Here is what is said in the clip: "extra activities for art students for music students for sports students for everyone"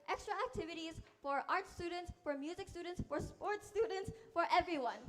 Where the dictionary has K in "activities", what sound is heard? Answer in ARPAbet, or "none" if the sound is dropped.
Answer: K